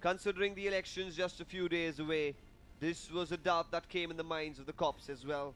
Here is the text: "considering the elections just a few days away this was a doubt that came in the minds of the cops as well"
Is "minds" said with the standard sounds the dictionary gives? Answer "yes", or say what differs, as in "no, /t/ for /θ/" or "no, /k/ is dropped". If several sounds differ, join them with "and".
yes